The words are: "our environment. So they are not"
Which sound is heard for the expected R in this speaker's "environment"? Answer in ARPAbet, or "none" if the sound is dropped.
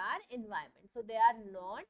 none